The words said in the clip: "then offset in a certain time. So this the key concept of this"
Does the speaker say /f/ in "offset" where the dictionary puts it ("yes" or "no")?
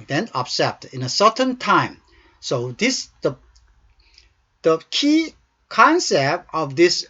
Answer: no